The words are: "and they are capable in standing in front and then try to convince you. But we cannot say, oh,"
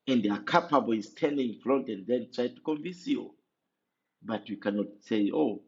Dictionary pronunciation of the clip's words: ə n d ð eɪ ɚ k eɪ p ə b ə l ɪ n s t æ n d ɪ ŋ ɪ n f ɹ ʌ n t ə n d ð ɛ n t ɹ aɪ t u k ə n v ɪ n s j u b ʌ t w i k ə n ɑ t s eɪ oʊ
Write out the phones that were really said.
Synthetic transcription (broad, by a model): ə n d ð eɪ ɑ k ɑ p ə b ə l ɪ n s t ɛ n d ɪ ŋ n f l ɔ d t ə n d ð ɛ n t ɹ aɪ t u k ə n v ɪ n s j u b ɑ t w i k ə n ɑ t s eɪ oʊ